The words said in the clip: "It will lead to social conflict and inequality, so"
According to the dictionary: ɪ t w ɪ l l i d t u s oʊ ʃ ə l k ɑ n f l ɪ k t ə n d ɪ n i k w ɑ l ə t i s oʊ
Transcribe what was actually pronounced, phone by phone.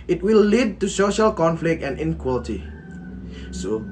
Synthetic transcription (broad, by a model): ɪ t w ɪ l l i d t u s oʊ ʃ ə l k ɑ n f l ɪ k t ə n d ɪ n k w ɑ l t i s oʊ